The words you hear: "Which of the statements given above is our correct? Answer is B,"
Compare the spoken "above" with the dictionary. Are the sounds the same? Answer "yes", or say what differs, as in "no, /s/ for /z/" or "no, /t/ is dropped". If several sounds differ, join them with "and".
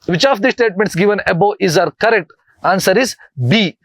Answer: no, /v/ is dropped